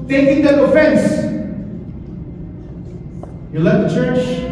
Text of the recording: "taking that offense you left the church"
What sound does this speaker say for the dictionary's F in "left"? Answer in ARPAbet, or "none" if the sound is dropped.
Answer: none